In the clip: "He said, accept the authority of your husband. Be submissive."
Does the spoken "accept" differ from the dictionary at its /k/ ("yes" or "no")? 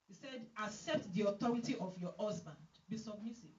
no